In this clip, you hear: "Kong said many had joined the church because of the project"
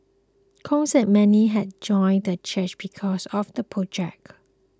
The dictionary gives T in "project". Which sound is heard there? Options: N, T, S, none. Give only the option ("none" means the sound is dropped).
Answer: none